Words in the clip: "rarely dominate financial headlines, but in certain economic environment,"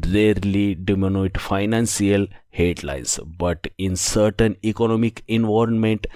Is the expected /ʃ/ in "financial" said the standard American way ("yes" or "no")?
no